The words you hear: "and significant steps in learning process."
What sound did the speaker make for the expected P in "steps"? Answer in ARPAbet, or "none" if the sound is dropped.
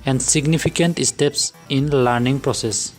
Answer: P